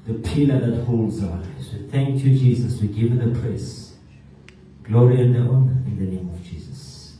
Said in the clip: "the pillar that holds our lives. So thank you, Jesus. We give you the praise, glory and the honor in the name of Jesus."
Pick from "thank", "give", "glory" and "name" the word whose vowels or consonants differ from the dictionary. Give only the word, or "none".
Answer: none